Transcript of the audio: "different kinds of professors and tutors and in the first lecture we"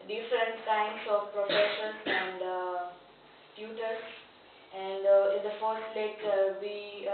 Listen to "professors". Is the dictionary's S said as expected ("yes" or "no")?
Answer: no